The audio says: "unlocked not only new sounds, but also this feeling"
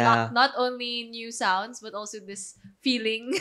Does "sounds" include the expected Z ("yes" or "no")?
no